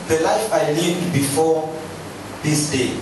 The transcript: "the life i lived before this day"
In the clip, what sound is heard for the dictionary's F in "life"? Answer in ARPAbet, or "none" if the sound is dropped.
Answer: F